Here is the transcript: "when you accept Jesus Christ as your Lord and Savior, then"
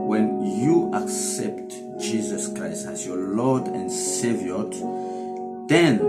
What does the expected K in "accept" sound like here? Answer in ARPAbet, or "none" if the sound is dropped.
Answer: K